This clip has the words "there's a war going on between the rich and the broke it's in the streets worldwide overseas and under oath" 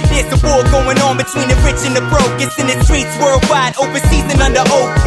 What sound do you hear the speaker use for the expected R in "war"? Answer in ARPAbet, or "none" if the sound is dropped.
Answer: L